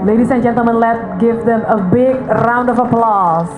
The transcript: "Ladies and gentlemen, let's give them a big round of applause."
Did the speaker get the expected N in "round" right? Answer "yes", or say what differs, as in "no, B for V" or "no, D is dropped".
yes